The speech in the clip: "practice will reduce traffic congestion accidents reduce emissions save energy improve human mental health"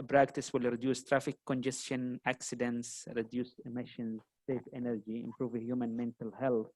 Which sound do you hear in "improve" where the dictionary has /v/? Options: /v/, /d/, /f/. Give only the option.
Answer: /v/